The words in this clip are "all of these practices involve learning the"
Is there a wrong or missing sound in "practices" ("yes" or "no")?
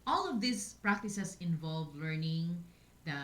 yes